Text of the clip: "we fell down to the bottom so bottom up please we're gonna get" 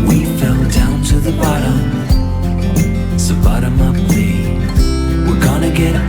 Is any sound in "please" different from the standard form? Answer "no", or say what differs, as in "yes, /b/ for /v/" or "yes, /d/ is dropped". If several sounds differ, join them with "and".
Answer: yes, /z/ is dropped